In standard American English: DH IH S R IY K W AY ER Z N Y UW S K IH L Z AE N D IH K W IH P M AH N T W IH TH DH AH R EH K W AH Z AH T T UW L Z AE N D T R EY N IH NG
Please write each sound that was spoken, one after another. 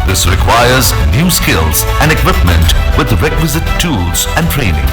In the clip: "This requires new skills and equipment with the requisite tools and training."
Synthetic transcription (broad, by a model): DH IH S R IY K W AY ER Z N Y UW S K IH L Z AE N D IH K W IH P M AH N T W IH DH R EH K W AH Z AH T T UW L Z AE N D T R EY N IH NG